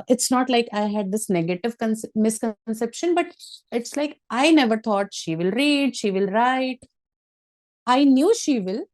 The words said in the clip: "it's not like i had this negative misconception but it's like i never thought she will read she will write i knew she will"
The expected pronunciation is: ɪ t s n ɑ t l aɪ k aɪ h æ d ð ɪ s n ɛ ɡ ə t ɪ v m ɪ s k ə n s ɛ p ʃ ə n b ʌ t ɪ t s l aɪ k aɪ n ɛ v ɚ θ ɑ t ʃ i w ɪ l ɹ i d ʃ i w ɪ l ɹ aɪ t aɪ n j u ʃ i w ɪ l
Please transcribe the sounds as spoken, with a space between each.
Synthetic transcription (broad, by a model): ɪ t s n ɑ t l aɪ k aɪ h æ d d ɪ s n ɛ ɡ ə t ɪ v m ɪ s k ə n s ɛ p ʃ ə n b ʌ t ɪ t s l aɪ k aɪ n ɛ v ɚ t ɑ t ʃ i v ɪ l ɹ i d ʃ i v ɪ l ɹ aɪ t aɪ n j u ʃ i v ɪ l